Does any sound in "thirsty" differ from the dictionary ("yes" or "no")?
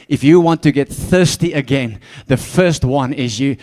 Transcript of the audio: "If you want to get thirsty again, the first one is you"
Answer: no